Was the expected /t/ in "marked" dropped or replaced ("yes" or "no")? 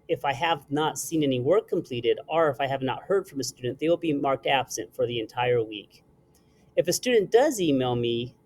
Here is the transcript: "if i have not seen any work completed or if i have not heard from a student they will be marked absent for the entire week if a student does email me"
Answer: no